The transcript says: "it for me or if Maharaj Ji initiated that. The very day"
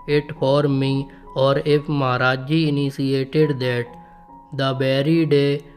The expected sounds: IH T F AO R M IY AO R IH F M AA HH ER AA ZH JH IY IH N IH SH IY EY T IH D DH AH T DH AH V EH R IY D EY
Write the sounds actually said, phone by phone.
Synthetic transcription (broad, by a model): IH T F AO R M IY AO R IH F M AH HH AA AA JH IY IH N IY S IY EY T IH D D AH T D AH B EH R IY D EY